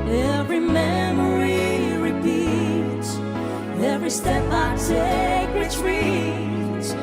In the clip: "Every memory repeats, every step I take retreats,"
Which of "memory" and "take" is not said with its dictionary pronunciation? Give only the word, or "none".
take